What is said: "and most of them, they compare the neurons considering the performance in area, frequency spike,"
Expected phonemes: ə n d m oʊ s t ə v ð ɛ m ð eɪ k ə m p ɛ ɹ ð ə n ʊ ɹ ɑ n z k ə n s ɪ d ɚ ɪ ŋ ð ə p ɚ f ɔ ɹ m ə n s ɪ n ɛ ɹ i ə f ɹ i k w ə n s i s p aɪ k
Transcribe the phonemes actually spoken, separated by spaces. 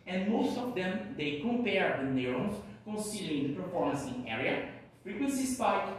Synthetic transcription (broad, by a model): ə n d m oʊ s t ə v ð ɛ m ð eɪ k ə m p ɛ ɹ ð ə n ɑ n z k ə n s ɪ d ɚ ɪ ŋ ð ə p ɚ f ɔ ɹ m ə n s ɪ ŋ ɛ ɹ i ə f ɹ i k w ə n s i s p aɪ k